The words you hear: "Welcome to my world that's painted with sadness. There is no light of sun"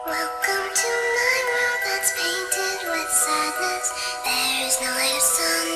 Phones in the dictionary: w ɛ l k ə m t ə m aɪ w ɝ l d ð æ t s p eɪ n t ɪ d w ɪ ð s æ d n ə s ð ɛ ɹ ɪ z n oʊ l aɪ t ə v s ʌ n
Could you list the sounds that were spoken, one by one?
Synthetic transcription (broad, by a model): w ɛ l k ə m t ə m aɪ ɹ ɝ ð æ t s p eɪ n t ɪ d w ɪ ð s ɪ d l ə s ð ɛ ɹ ɪ z n oʊ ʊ ə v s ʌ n